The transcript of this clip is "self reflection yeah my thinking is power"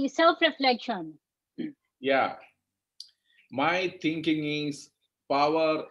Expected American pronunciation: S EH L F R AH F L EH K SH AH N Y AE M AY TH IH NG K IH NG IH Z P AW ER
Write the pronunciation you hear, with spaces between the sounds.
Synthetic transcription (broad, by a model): S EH L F R AH F L EH K SH AH N Y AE M AY T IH NG K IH NG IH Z P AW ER